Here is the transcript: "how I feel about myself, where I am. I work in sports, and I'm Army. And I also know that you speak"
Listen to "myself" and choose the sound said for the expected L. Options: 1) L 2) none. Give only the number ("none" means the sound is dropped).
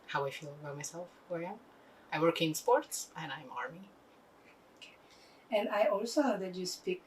1